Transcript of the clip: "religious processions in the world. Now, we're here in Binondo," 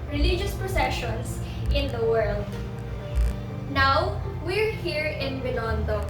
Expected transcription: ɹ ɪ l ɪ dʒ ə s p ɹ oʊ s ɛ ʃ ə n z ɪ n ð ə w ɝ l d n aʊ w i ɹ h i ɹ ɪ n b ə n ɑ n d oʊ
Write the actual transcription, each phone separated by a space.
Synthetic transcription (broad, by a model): ɹ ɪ l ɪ dʒ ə s p ɹ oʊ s ɛ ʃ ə n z ɪ n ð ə w ɝ l d n aʊ w i ɹ h i ɹ ɪ n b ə n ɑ n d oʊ